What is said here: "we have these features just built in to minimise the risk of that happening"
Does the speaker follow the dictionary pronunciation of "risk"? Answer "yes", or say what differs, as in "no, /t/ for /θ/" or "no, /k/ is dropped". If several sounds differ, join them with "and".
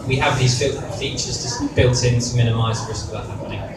no, /k/ is dropped